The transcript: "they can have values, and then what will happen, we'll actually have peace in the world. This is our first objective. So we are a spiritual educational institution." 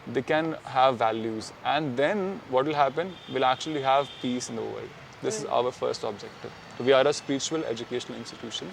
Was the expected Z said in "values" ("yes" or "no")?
yes